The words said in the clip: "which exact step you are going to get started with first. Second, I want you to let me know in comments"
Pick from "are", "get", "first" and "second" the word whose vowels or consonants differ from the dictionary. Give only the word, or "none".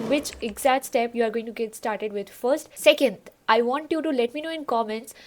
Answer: none